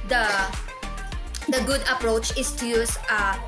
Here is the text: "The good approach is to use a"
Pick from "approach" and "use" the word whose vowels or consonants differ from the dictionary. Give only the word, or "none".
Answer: none